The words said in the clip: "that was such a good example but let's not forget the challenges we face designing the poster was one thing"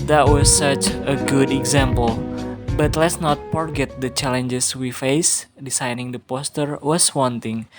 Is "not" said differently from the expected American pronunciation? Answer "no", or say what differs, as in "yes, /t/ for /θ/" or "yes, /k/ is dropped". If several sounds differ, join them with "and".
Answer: no